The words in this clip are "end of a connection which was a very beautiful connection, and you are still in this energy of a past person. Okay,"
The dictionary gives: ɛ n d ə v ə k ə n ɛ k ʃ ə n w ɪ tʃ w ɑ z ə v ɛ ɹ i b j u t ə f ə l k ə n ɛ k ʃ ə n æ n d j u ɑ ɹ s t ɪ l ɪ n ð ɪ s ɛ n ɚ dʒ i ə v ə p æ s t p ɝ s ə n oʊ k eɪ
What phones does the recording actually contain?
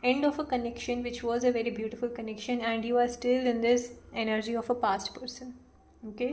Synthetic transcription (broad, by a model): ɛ n d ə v ə k ə n ɛ k ʃ ə n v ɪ tʃ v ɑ z ə v ɛ ɹ i b j u t ə f ə l k ə n ɛ k ʃ ə n æ n d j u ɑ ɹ s t ɪ l ɪ n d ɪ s ɛ n ɚ dʒ i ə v ə p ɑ s t p ɝ s ə n oʊ k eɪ